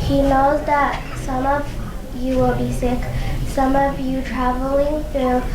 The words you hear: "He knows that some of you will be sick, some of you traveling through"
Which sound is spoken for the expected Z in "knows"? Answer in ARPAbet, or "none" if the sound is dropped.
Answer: Z